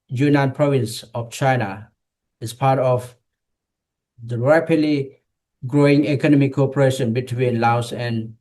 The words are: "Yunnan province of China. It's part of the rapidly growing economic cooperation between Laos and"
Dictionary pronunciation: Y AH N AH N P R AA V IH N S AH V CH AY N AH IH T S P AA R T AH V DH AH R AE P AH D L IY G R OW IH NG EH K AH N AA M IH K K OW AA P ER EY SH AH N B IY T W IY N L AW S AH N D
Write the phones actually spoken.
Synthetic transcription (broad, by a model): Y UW N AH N P R AA V IH N S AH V CH AY N AH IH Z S P AA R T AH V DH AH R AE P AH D L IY G R OW IH NG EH K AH N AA M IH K K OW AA P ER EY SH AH N B IY T W IY N L AW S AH N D